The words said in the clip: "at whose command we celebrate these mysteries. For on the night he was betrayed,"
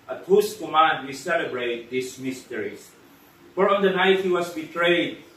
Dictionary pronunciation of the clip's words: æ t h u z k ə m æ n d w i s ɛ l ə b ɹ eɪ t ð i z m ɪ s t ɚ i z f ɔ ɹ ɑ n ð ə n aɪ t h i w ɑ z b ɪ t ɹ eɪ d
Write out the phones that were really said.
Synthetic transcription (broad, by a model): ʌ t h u s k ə m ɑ n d w i s ɛ l ə b ɹ eɪ t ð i s m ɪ s t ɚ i s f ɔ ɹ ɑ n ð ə n aɪ t h i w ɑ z b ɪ t ɹ eɪ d